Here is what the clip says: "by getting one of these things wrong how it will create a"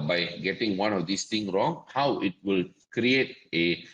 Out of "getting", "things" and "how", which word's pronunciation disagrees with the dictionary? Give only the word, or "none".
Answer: things